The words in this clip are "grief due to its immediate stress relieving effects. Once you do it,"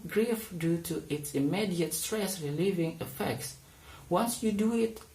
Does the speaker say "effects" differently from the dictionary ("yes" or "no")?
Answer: no